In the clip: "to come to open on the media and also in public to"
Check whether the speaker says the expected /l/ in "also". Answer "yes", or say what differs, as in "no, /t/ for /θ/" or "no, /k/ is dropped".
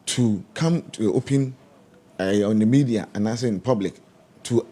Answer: no, /l/ is dropped